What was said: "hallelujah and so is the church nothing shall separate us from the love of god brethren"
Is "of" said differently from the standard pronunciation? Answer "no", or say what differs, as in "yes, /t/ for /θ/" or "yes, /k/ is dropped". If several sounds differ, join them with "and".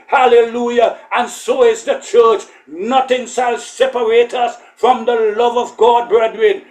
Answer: no